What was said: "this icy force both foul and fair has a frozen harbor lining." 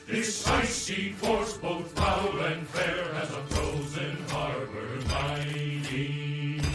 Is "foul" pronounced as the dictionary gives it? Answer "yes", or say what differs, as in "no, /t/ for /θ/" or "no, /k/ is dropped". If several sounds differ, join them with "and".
no, /p/ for /f/